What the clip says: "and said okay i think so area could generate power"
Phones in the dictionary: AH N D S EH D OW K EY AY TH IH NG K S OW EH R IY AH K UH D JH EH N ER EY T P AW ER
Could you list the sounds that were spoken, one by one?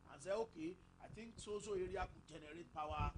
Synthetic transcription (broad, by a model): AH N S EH OW K EY AY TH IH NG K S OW EH R IY AH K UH JH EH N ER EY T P AW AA